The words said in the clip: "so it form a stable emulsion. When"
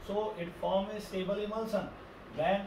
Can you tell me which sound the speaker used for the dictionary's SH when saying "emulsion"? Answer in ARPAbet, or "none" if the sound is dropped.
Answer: S